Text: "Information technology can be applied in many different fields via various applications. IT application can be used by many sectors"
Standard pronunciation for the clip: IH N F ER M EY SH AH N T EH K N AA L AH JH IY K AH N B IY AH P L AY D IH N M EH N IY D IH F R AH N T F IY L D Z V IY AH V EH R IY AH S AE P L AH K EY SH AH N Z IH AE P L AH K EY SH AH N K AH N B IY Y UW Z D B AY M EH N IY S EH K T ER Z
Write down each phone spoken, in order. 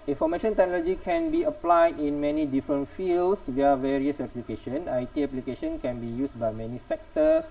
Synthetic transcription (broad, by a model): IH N F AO M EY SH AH N T EH K N AA L AH JH IY K AH N B IY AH P L AY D IH N M EH N IY D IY F R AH N T F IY L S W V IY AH V EH R IY AH S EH P L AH K EY SH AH N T IH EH P L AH K EY SH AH N K AH N B IY Y UW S B AY M EH N IY S EH K T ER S